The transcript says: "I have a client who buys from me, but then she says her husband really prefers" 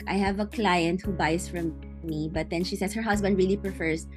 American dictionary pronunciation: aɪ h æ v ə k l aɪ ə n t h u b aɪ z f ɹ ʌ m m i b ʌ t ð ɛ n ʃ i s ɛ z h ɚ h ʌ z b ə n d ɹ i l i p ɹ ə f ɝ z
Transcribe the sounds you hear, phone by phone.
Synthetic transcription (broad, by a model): aɪ h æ v ə k l aɪ ə n t h u b aɪ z f ɹ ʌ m m i b ʌ t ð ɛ n ʃ i s ɛ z h ɚ h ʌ s b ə n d ɹ i l i p ɹ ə f ɝ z